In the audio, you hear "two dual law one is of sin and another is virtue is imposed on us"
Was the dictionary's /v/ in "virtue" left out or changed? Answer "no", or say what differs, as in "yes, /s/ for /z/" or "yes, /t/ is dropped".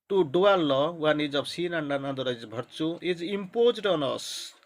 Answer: yes, /b/ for /v/